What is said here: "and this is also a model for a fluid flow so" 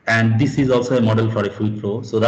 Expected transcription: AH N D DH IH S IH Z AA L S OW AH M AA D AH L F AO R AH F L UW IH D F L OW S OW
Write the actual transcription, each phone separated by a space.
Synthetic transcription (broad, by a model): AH N D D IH S IH Z AA L S OW AH M AA D AH L F AO R AH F UW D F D OW S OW